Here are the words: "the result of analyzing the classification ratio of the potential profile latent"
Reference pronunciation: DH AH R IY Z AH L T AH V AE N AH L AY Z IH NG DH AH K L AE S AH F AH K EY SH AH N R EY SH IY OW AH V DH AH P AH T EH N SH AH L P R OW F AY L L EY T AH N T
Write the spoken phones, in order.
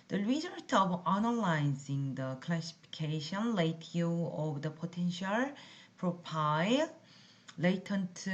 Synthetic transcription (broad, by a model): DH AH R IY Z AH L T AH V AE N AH L AY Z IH NG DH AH K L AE S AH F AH K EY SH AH N L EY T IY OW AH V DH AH P AH T EH N SH AH L P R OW P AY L L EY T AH N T